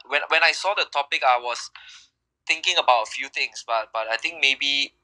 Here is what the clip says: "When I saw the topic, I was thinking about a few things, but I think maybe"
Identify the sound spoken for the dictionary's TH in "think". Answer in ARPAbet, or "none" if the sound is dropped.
T